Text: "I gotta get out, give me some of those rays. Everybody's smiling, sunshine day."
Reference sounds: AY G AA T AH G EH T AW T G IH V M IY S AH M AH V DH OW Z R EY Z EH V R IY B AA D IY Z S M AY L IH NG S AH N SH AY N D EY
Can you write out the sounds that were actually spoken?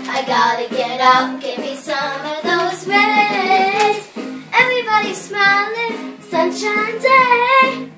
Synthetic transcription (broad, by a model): AY G AA T AH G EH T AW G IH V M IY S AH M AH V DH OW Z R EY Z EH V R IY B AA D IY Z S M AY L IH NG S AH N SH AY N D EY